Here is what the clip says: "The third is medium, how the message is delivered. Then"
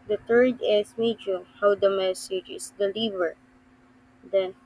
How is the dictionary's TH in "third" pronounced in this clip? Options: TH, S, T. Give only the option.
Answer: T